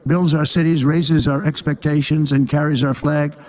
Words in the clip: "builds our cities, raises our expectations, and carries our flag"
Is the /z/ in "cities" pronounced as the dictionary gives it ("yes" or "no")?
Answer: yes